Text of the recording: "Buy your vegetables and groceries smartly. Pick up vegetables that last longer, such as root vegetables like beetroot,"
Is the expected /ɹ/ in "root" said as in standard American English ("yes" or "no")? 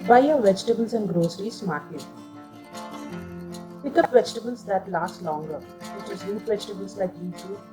no